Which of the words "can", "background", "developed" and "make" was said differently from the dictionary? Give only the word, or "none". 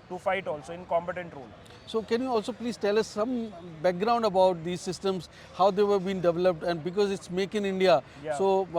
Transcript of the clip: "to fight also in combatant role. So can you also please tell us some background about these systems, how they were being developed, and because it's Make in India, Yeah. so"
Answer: none